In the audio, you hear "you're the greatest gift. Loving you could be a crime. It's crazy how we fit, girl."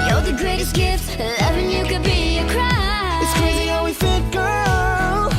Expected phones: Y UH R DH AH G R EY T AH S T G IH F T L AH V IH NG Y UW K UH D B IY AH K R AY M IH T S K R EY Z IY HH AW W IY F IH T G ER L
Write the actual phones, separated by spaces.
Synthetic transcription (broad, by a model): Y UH DH AH G R EY T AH S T G IH F T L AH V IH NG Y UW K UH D B IY AH K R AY IH T S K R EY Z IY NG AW W IY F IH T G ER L